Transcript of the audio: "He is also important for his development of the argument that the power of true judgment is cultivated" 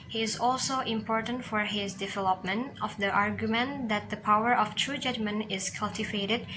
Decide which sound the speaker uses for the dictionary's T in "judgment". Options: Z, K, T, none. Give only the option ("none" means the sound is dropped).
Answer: none